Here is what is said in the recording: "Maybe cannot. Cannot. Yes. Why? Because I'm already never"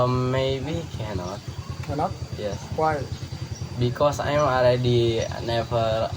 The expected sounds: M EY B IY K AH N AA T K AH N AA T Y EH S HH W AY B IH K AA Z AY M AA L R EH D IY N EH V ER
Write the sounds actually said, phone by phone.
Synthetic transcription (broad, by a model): M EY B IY K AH N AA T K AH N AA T Y EH S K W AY B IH K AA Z AY M AA L R EH D IY N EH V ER